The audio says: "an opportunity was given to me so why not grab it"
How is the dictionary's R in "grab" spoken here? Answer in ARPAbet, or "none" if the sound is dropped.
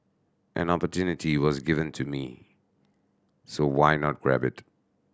R